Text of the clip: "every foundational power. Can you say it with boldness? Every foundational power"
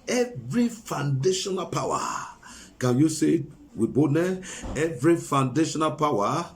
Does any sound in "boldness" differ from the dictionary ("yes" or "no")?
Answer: yes